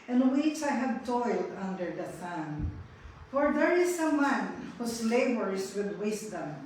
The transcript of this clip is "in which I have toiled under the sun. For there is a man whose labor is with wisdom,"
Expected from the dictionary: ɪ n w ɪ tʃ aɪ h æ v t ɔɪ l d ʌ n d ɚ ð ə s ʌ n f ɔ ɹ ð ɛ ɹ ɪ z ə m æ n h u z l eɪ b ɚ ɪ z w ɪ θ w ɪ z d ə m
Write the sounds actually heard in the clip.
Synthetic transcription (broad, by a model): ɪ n w ɪ tʃ aɪ h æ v t ɔɪ l d ʌ n d ɚ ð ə θ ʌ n f ɔ ɹ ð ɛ ɹ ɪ s ə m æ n h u s l eɪ b ɚ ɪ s w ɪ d w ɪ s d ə m